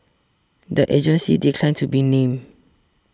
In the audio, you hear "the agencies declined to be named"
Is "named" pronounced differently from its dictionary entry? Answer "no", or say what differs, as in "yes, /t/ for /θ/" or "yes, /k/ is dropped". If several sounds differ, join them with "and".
yes, /d/ is dropped